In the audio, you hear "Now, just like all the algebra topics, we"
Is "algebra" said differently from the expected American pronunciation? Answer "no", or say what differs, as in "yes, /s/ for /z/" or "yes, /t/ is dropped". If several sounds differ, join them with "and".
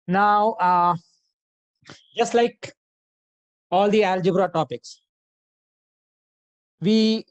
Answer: no